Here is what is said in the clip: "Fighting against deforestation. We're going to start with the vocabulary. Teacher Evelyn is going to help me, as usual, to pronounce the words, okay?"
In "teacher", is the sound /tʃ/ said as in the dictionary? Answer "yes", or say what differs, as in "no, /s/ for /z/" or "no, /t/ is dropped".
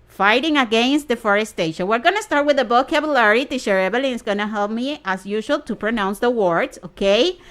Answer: no, /ʃ/ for /tʃ/